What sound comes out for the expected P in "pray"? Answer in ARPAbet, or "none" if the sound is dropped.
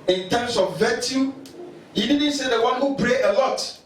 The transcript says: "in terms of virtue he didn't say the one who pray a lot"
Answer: B